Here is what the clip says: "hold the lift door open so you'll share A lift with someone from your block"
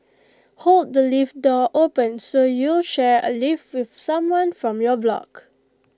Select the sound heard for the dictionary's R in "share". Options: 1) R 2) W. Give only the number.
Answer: 1